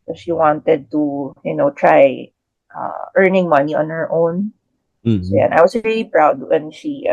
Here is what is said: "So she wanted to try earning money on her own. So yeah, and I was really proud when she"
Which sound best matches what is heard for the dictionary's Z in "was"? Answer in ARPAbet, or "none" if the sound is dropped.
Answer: S